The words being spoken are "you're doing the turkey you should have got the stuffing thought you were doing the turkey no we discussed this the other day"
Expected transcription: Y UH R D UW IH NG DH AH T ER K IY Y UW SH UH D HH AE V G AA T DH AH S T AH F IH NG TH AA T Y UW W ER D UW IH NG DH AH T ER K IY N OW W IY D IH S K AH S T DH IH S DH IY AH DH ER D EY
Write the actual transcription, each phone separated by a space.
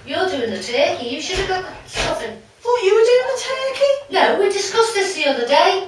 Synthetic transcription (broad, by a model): Y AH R D UW IH NG DH AH T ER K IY Y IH SH UH D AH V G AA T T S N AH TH IH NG F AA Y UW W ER D UW IH NG DH AH T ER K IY N OW W IY D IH S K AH S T DH IH S DH IY AH DH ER D EY